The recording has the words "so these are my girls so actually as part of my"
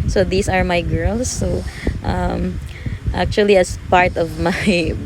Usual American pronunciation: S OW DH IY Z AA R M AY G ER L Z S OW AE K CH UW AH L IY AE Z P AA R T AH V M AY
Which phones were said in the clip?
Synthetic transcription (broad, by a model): S OW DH IY S AA R M AY G ER L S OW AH K CH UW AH L IY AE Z P AA R T AH V M AY